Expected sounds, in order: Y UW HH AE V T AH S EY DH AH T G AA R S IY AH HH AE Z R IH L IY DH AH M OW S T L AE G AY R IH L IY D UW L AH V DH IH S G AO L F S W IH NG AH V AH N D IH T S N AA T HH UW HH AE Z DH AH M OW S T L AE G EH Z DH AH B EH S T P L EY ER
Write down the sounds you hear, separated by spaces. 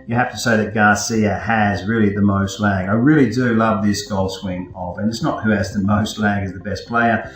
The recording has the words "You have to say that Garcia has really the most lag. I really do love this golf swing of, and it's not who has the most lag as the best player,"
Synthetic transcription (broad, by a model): Y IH HH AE F T AH S EY DH AH T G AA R S IY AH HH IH Z R IH L IY DH AH M OW S T L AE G AY R IH L IY D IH L AH V DH IH S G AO L S W IH NG AH V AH N IH T S N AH T HH UW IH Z DH AH M OW S T L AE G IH Z DH AH B EH S P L EY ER